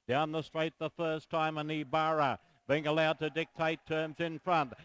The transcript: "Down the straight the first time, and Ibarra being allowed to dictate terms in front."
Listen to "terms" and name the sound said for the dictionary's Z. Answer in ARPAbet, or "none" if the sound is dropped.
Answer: Z